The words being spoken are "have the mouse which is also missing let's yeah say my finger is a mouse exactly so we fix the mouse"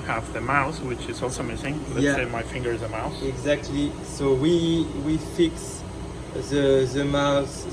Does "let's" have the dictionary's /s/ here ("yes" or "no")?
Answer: no